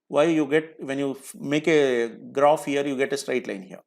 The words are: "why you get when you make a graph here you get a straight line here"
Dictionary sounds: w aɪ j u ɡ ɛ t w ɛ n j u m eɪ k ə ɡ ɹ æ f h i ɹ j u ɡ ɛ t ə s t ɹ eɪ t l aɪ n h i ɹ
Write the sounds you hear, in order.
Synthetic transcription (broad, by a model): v aɪ j u ɡ ɛ t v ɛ n j u m eɪ k ə ɡ ɹ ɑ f h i ɹ j u ɡ ɛ t ə s t ɹ eɪ t l aɪ n h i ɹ